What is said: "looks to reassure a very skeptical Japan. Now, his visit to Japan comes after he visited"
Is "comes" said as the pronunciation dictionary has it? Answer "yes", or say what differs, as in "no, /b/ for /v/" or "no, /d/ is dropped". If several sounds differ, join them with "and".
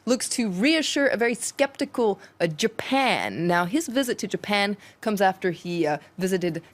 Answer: yes